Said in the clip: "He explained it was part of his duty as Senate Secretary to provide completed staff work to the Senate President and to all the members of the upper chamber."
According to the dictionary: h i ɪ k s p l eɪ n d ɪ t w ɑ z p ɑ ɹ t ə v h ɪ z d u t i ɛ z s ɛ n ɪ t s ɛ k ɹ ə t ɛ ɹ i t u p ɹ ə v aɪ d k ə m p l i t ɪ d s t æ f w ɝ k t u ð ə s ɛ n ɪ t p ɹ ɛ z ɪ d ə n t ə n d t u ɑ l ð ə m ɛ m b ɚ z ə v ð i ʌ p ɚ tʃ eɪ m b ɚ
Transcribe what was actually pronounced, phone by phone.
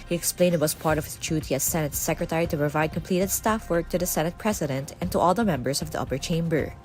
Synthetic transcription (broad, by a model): h i ɪ k s p l eɪ n d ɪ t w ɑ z p ɑ ɹ t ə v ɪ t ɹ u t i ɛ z s ɛ n ɪ t s ɛ k ɹ ə t ɛ ɹ i t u p ɹ ə v aɪ d k ə m p l i t ɪ d s t æ f w ɝ k t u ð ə s ɛ n ɪ t p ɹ ɛ s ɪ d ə n t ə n t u ɑ l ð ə m ɛ m b ɚ s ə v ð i ʌ p ɚ tʃ eɪ m b ɚ